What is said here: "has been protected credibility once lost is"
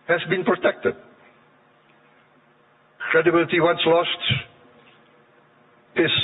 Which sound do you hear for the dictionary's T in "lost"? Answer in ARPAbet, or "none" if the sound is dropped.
T